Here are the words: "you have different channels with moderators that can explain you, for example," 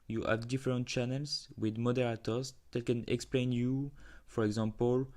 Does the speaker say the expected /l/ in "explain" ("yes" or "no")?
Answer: yes